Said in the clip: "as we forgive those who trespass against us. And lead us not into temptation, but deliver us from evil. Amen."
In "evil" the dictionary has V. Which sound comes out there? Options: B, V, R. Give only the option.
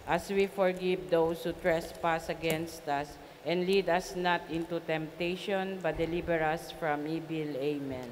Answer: B